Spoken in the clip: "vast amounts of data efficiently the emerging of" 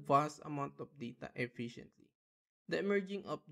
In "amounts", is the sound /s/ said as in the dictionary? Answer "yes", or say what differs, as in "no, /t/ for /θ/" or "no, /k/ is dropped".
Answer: no, /s/ is dropped